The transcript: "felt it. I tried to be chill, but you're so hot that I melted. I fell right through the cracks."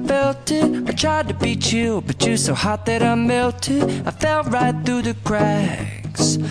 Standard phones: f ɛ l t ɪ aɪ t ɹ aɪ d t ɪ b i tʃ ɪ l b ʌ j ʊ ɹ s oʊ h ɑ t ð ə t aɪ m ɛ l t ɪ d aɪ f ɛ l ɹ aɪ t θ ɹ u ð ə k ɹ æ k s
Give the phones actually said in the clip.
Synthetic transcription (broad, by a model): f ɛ l t ɪ aɪ t ɹ aɪ d t ɪ b i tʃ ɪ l b ʌ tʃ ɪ s oʊ h ɑ t ð ə t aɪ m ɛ l t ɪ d aɪ f ɛ l ɹ aɪ t θ ɹ u ð ə k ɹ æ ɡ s